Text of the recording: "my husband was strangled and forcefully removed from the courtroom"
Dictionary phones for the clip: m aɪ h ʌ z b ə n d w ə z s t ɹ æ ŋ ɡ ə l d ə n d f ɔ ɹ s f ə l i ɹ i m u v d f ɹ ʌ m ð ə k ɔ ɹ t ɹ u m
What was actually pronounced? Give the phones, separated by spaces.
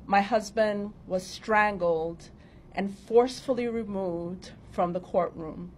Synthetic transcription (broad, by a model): m aɪ h ʌ z b ə n d w ə z s t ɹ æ ŋ ɡ l d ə n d f ɔ ɹ s f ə l i ɹ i m u v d f ɹ ʌ m ð ə k ɔ ɹ t ɹ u m